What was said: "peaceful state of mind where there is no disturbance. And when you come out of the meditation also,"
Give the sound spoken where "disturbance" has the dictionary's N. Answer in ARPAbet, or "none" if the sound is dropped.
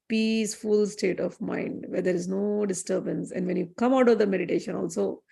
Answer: N